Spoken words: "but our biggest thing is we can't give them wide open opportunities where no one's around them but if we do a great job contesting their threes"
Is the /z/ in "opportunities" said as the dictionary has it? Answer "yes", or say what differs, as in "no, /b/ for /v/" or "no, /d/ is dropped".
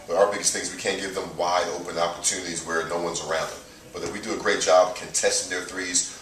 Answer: yes